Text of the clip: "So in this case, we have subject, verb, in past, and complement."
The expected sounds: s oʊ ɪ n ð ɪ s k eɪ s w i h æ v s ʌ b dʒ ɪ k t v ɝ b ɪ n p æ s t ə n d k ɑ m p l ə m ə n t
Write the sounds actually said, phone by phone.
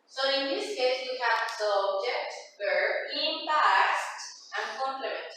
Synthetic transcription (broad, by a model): s oʊ ɪ n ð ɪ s k eɪ s w i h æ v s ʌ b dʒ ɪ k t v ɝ ɪ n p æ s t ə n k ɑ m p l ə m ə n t